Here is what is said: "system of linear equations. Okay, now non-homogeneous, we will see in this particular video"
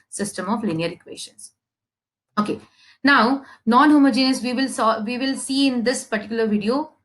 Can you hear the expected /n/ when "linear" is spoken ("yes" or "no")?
yes